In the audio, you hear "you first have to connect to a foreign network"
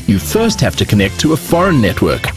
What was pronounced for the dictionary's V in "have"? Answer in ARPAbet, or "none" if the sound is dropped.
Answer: F